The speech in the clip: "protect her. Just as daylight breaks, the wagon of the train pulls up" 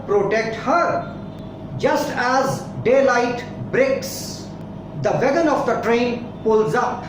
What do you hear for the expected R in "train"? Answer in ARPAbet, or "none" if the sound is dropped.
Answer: R